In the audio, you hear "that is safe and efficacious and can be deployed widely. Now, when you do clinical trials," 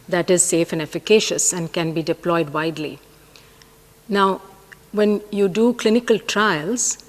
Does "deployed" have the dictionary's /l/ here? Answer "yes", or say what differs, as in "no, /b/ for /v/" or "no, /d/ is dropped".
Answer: yes